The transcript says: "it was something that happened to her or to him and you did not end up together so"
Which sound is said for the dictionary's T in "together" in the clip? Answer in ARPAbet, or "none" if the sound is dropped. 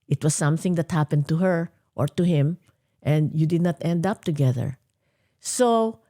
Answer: T